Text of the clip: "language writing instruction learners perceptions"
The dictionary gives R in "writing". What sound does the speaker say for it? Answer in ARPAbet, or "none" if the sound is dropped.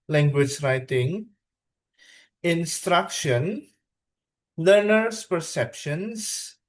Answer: R